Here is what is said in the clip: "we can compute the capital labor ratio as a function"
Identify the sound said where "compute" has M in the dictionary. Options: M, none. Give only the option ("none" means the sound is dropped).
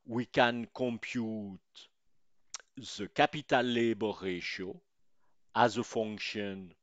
M